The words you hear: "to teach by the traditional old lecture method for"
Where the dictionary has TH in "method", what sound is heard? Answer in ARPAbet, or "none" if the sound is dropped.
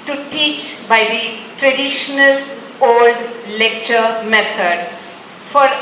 T